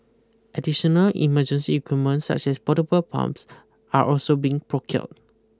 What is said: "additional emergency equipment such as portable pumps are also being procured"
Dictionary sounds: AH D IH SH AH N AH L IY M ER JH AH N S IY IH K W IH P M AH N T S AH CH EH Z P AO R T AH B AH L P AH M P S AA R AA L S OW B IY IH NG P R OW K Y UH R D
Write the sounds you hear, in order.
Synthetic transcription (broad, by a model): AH D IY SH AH N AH L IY M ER JH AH N S IY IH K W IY M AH N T S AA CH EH S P AO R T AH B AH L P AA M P S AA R AA L S OW B IY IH NG P R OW K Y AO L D